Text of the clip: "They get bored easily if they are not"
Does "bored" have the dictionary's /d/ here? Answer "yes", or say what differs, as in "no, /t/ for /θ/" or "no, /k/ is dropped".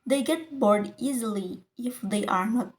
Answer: yes